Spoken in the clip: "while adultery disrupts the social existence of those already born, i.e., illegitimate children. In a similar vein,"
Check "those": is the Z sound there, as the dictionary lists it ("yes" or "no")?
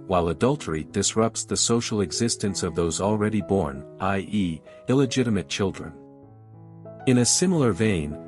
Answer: yes